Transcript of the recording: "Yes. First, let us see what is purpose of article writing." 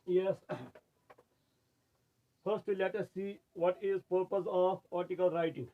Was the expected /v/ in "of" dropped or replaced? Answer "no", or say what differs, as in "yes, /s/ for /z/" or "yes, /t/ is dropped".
yes, /p/ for /v/